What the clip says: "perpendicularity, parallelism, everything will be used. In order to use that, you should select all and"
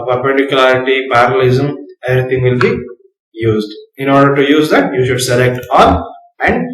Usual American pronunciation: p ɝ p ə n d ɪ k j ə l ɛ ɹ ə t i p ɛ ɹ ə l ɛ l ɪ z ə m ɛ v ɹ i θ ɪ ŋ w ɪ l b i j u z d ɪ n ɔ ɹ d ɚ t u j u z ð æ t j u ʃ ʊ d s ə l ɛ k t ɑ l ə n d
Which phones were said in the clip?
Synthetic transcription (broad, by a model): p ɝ p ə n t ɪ k j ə l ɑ ɹ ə t i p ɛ ɹ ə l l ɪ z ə m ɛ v ɹ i t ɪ ŋ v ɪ l b i j u z d ɪ n ɔ ɹ d ɚ t u j u z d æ t j u ʃ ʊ d s ə l ɛ k t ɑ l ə n d